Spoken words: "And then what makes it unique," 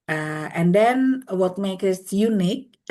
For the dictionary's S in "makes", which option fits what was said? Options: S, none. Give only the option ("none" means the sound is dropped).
none